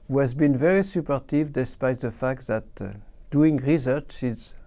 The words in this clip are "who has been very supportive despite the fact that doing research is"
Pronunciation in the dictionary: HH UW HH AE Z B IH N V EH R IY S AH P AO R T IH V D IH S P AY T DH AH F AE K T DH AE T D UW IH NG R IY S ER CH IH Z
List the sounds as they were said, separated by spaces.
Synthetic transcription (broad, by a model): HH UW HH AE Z B IH N V EH R IY S AH P AO R T IH V D IH S P AY T DH AH F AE K T DH AE T D UW IH NG R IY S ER CH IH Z